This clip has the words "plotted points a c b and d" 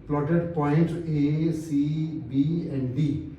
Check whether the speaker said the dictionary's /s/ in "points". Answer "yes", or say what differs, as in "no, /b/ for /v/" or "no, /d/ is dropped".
no, /s/ is dropped